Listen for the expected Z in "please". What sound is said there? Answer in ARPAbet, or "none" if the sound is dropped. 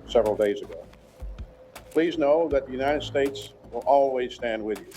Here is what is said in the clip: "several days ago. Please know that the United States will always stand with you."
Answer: Z